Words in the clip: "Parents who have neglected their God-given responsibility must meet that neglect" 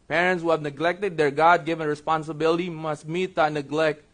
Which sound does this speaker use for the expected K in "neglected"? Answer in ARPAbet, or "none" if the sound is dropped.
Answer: K